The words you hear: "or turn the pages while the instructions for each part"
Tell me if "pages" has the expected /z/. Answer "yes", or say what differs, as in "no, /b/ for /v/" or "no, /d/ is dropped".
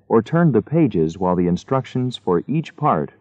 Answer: yes